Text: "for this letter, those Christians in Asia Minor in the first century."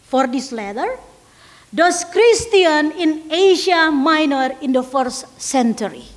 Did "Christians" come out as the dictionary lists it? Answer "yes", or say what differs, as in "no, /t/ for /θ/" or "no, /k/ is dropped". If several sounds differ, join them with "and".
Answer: no, /z/ is dropped